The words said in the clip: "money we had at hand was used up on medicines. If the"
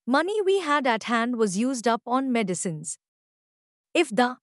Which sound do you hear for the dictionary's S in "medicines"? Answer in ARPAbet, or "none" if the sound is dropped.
S